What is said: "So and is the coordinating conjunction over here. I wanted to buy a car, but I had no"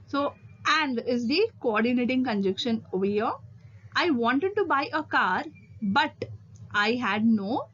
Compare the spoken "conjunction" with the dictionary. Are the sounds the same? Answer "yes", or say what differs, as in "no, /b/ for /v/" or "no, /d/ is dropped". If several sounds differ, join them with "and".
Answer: no, /ŋ/ is dropped